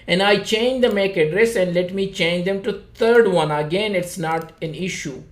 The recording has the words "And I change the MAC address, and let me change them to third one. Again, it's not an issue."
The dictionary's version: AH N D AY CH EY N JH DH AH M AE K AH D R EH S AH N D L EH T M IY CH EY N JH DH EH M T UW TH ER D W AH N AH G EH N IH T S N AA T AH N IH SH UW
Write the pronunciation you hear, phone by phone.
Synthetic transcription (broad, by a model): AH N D AY CH EY N JH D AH M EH K AH D R EH S AH N D L EH T M IY CH EY N JH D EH M T UW T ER D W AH N AH G EH N IH T S N AA T AH N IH SH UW